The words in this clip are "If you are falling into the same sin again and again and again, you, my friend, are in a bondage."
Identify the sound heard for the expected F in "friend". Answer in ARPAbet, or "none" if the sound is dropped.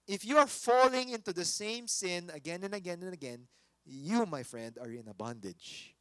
F